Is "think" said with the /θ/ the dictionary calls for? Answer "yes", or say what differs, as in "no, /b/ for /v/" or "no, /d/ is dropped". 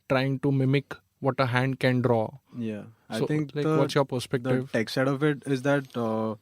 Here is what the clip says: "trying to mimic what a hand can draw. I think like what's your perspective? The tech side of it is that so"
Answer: no, /s/ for /θ/